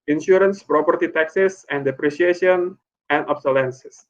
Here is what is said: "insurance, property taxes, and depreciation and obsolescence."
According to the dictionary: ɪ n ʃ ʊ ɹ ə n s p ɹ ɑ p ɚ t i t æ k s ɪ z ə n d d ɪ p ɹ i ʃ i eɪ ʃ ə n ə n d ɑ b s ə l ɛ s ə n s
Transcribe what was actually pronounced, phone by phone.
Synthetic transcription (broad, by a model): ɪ n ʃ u ɹ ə n s p ɹ ɑ p ɚ t i t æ k s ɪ s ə n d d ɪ p ɹ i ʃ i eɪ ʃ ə n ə n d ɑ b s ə l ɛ s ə s